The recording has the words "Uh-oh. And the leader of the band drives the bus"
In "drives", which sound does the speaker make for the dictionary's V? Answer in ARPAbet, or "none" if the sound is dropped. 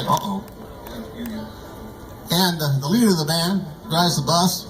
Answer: none